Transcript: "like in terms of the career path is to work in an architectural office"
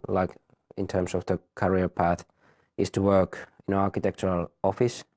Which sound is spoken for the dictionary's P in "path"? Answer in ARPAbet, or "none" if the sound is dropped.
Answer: P